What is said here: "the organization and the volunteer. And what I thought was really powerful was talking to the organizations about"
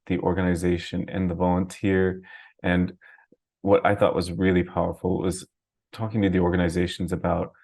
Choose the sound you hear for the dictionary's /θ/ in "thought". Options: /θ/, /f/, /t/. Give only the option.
/θ/